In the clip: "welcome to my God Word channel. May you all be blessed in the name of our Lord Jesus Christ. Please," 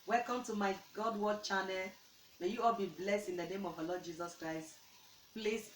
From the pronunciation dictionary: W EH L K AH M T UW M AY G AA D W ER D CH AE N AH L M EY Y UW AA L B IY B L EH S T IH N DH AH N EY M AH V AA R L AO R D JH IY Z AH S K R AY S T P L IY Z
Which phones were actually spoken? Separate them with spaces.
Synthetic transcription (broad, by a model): W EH L K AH M T UW M AY G AA D W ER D CH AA N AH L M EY Y UW AA L B IY B L EH S T IH N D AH N EY M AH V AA L AO D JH IY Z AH S K R AY S T P L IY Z